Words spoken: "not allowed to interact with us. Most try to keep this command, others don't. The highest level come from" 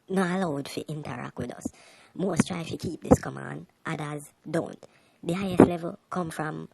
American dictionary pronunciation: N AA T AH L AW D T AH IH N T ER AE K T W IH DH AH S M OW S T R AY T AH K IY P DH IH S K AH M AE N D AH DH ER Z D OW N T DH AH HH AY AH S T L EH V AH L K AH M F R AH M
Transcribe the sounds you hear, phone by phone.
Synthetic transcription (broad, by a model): N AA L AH UH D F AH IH N T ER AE K T W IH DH AH S M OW S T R AY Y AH K IY P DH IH S K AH M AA N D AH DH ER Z D OW N T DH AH HH AY AH S T L EH V AH L K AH M F R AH M